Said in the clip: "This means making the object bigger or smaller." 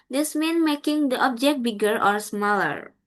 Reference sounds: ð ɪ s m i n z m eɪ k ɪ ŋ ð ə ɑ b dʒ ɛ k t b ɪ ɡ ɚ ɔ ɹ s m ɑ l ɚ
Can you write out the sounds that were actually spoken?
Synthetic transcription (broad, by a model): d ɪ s m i n m eɪ k ɪ ŋ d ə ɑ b dʒ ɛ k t b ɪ ɡ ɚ ɔ ɹ s m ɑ l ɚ